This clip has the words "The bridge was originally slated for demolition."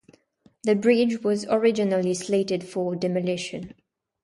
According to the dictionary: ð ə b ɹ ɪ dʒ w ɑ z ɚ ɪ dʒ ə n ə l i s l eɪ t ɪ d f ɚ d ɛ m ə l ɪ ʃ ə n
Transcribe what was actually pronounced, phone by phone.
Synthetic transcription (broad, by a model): ð ə b ɹ ɪ dʒ w ɑ z ɚ ɪ dʒ ə n ə l i s l eɪ t ɪ d f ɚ d ɛ m ə l ɪ ʃ ə n